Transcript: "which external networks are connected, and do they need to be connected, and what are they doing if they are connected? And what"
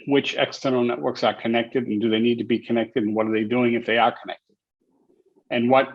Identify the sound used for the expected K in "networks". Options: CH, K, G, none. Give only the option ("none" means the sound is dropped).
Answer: K